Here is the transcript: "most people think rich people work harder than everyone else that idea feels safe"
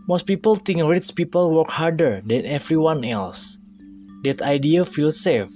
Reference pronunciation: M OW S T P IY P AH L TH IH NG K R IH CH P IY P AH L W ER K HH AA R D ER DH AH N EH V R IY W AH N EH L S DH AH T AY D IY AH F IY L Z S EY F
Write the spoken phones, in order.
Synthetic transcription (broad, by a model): M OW S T P IY P AH L T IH NG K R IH S P IY P AH L W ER K HH AA R D ER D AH N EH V R IY W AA N EH L S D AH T AY D IY AH F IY L S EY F